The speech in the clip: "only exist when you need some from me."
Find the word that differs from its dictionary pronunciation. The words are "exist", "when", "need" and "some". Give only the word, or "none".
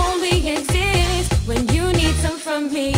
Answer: none